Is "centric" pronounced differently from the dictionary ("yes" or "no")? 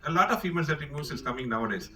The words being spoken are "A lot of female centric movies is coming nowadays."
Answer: yes